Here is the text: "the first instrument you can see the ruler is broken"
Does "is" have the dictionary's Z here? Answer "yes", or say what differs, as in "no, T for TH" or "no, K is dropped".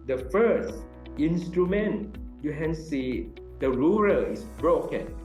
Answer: no, S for Z